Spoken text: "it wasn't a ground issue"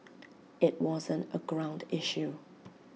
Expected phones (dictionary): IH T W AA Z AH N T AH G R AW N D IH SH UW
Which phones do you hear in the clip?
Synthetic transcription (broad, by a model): IH T W AA Z AH N T AH G R AW N D IH SH UW